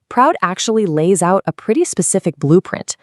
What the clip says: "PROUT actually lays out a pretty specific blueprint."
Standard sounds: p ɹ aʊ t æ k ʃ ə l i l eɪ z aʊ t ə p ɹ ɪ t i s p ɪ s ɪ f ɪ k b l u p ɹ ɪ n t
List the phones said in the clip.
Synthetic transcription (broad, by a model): p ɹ aʊ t æ k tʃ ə l i l eɪ z aʊ t ə p ɹ ɪ t i s p ɪ s ɪ f ɪ k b l u p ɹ ɪ n t